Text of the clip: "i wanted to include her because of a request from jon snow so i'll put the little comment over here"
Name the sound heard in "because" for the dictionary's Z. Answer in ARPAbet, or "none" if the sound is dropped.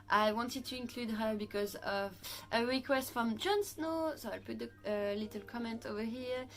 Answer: Z